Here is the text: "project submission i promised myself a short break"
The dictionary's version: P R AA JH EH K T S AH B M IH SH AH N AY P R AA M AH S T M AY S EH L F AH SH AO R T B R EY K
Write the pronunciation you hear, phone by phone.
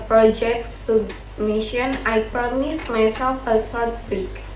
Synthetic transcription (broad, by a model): P R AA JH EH K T S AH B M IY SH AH N AY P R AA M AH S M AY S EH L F AH S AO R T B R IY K